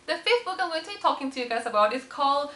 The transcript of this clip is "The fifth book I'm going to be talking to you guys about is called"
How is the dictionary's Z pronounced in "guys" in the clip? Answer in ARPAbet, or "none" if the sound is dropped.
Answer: S